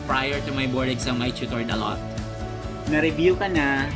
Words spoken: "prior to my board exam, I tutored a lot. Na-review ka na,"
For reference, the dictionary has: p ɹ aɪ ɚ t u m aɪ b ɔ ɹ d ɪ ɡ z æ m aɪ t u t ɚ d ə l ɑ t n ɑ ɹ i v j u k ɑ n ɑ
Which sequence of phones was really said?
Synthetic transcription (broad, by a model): p ɹ aɪ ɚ t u m aɪ b ɔ ɹ d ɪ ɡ s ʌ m aɪ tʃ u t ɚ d ə l ɑ t n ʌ ɹ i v j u k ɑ n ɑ